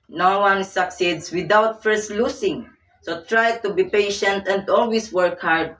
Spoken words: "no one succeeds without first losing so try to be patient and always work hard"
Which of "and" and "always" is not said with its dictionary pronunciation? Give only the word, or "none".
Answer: always